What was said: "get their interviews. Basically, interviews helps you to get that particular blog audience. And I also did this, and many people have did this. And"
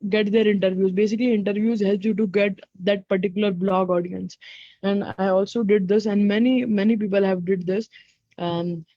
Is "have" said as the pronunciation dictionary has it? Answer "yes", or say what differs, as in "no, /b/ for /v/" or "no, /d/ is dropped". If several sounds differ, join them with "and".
yes